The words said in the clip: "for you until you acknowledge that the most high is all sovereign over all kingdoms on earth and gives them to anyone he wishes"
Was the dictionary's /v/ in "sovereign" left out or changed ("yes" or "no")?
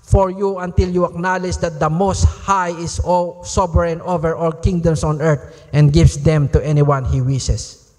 yes